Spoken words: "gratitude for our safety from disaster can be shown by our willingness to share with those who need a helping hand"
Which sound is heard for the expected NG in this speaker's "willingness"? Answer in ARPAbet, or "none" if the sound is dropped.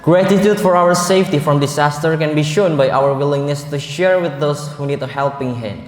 NG